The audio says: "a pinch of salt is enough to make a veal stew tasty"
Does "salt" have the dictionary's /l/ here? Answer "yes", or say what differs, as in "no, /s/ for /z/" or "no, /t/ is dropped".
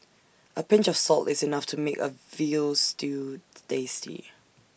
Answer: yes